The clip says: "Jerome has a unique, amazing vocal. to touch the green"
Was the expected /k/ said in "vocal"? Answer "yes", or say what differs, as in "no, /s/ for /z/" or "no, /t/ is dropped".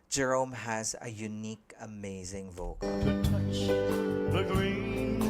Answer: no, /k/ is dropped